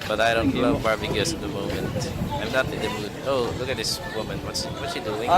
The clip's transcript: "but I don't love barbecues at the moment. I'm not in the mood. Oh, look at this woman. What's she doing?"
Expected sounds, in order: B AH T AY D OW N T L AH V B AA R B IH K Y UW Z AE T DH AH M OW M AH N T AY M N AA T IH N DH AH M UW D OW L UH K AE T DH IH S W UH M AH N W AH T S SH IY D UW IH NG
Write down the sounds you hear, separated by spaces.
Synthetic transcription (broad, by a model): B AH T AY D OW N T L AH V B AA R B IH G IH S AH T DH AH M OW M AH N T AY M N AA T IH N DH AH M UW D OW L UH K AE T DH IH S W UH M AH N W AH T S S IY D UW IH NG